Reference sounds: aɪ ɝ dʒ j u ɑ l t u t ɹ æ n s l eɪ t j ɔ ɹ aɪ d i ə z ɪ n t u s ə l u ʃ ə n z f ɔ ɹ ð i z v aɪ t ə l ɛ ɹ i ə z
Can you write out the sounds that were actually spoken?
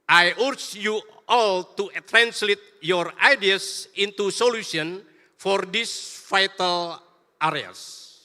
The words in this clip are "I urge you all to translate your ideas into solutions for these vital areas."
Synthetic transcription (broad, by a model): aɪ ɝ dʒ j u ɑ l t u t ɹ æ n s l eɪ t j ɔ ɹ aɪ d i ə s ɪ n t u s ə l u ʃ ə n f ɔ ɹ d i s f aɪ t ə l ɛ ɹ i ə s